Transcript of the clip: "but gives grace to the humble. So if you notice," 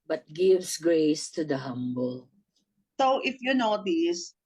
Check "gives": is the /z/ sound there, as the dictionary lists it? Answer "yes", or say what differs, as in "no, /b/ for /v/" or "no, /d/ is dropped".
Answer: no, /s/ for /z/